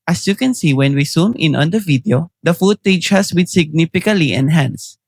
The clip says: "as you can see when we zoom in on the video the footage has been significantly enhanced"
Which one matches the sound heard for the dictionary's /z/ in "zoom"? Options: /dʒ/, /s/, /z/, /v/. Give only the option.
/s/